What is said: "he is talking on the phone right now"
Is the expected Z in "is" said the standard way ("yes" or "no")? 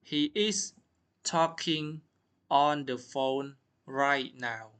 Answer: no